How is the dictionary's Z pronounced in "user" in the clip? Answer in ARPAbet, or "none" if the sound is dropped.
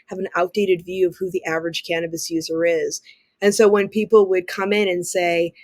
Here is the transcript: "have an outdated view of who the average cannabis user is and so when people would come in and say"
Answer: Z